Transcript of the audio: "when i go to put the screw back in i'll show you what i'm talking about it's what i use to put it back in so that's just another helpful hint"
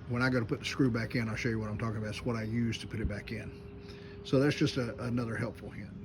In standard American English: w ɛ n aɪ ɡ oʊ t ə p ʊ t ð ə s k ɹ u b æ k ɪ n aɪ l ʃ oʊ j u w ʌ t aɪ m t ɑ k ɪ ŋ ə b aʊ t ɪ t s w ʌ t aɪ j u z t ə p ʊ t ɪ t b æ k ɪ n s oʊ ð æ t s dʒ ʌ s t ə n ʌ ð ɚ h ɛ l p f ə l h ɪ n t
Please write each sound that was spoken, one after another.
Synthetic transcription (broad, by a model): w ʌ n aɪ ɡ oʊ t ə p ʊ t ð ə s k ɹ u b æ k ɪ n aɪ l ʃ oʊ j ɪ w ʌ t aɪ m t ɑ k ɪ ŋ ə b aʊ ɪ t s w ʌ t aɪ j u z t ə p ʊ t ɪ t b æ k ɪ n s oʊ ð æ t s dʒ ʌ s t ə n ʌ ð ɚ h ɛ l p f l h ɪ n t